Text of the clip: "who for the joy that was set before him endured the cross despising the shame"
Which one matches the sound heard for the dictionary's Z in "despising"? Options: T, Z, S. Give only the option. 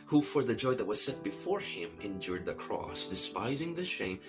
Z